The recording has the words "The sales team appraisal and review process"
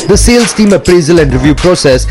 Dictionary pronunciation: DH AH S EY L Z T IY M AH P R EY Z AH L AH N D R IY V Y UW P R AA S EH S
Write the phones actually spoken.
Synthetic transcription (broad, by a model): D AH S EY L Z T IY M AH P R EY Z AH L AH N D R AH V Y UW P R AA S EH S